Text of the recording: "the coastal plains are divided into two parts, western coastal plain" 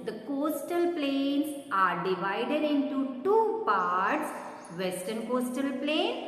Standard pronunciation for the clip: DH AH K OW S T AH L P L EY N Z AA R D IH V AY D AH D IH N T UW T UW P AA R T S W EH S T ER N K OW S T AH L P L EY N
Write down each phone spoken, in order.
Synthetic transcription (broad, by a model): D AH K OW S T AH L P L EY N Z AA R D IH V AY D AH D IH N T UW T UW P AA R T S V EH S T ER N K OW S T AH L P L EY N